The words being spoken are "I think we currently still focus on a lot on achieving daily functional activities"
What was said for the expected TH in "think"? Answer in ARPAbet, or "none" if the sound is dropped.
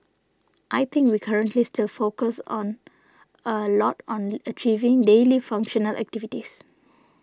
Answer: T